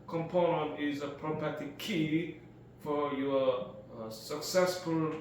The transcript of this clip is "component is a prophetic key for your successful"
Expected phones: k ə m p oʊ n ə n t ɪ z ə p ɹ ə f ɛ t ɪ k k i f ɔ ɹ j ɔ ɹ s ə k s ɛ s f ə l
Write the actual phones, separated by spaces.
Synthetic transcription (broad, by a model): k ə m p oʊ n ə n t ɪ z ə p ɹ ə p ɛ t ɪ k k i f ɔ ɹ j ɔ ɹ s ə k s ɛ s f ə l